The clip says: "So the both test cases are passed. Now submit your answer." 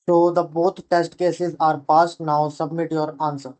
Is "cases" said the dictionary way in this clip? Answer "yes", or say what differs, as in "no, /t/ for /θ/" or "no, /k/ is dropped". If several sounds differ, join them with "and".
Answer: yes